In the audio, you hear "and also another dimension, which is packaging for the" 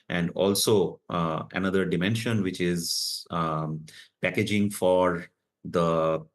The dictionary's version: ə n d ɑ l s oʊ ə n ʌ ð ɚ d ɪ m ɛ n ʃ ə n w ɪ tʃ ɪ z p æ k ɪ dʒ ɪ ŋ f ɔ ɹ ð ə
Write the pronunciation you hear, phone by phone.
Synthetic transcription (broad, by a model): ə n d ɑ l s oʊ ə n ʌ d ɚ d ɪ m ɛ n ʃ ə n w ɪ tʃ ɪ z p æ k ɪ dʒ ɪ ŋ f ɔ ɹ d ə